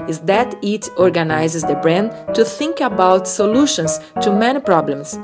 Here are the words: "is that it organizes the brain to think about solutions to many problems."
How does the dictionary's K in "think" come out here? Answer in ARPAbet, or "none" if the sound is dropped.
K